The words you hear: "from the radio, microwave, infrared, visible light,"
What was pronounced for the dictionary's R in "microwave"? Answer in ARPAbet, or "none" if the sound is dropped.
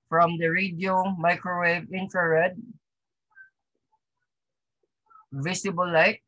R